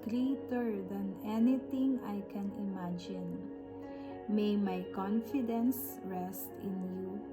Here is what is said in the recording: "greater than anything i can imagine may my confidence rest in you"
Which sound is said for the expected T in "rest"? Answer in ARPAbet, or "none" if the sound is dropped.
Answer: T